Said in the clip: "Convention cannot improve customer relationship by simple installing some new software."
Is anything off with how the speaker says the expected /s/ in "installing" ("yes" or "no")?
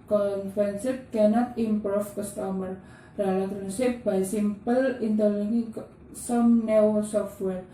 yes